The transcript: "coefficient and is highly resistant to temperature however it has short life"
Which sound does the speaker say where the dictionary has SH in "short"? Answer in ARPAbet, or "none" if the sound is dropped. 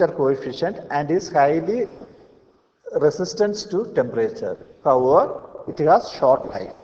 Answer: SH